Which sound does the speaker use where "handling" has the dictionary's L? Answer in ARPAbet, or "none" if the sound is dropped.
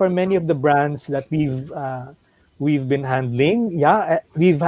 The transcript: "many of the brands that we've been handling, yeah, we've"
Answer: L